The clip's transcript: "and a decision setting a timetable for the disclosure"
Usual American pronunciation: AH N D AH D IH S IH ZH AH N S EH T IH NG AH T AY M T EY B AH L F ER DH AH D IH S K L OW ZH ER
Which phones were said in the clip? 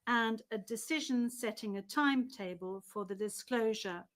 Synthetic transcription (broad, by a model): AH N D AH D IH S IH ZH AH N S EH T IH NG AH T AY M T EY B AH L F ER DH AH D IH S K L OW ZH ER